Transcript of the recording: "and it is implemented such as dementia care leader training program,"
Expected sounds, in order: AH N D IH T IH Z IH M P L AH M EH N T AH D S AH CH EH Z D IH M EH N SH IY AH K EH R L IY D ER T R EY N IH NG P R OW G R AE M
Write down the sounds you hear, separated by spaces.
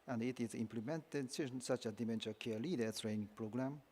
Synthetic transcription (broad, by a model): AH N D IH T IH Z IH M P L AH M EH N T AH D S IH S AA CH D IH M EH N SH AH K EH L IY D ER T R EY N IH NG P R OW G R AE M